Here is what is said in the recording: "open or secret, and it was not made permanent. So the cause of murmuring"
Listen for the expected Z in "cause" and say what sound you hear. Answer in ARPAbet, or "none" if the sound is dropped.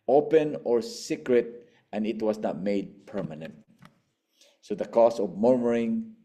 S